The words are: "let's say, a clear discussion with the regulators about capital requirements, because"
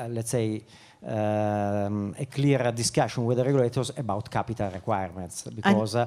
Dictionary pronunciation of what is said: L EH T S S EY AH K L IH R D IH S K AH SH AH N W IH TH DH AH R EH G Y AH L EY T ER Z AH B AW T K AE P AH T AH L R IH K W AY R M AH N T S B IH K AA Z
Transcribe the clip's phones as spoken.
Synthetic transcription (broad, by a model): L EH T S S EY AH K L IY R D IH S K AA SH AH N W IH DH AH R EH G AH L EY T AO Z AH B AW T K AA P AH T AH L R IH K W AY R M AH N T S B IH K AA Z